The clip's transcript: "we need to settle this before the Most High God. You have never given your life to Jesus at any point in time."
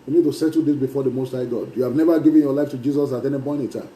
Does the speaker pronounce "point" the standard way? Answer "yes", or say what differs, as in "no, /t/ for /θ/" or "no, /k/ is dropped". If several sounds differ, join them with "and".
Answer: no, /b/ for /p/ and /t/ is dropped